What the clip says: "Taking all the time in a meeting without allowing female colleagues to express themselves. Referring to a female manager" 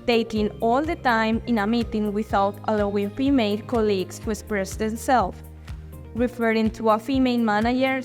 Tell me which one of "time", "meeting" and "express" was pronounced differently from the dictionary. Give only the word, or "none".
express